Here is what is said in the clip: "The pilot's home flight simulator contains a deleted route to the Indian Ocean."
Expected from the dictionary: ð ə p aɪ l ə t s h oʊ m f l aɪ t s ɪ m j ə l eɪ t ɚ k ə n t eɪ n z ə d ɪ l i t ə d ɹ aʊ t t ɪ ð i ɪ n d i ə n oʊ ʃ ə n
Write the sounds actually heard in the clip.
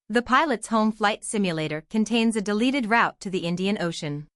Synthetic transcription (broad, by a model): ð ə p aɪ l ə t s h oʊ m f l aɪ t s ɪ m j ə l eɪ t ɚ k ə n t eɪ n z ə d ɪ l i t ə d ɹ aʊ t t ɪ ð i ɪ n d i ə n oʊ ʃ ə n